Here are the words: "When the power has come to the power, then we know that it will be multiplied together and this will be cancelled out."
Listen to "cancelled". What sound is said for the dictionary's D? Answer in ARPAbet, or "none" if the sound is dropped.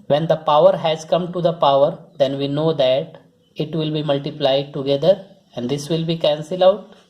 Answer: none